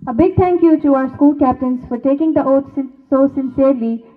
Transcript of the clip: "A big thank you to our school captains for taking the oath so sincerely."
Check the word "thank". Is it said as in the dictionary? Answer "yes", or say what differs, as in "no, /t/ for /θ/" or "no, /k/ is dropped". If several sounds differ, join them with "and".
no, /t/ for /θ/